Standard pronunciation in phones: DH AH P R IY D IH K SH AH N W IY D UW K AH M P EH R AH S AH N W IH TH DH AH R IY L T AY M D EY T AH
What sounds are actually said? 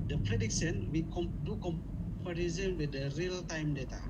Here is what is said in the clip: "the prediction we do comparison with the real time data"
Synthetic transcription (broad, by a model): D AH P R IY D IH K S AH N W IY D UW K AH M P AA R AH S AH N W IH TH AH R IY L T AY M D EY T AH